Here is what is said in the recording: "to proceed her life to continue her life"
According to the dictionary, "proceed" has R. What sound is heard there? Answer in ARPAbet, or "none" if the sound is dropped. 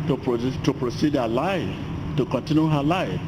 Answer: R